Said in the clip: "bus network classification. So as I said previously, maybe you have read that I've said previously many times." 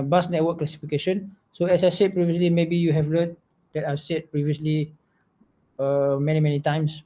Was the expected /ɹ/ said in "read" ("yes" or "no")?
no